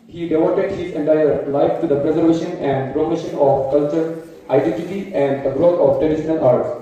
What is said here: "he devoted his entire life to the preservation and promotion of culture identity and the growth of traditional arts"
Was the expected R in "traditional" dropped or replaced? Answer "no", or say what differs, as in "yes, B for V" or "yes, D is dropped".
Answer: yes, R is dropped